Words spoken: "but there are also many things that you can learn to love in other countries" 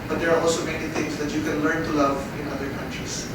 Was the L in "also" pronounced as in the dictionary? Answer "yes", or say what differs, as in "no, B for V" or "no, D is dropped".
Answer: yes